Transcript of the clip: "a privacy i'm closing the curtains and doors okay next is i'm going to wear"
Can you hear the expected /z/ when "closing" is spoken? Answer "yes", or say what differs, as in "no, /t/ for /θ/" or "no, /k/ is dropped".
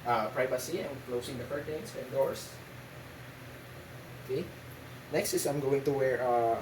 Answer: no, /s/ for /z/